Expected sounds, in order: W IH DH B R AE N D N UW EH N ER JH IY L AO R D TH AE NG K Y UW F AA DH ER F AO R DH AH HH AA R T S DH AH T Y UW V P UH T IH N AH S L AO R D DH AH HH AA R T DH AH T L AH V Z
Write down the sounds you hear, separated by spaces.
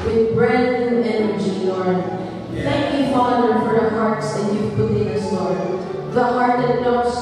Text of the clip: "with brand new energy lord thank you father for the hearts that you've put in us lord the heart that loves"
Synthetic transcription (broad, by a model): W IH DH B R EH D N EH N ER JH IY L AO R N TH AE NG K Y UW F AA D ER F AO R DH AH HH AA R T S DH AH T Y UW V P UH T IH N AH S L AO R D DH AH HH AA R T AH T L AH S